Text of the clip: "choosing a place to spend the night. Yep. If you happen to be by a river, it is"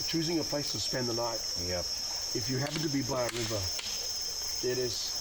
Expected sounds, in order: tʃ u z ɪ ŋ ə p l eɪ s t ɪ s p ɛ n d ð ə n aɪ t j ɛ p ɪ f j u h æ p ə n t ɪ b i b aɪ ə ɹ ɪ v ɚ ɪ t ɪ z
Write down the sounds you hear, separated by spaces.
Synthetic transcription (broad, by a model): tʃ u z ɪ ŋ ə p l eɪ s t ɪ s p ɛ n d ð ə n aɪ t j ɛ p ɪ f j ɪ h æ p ə n t ɪ b i b aɪ ə ɹ ɪ v ɚ ɪ t ɪ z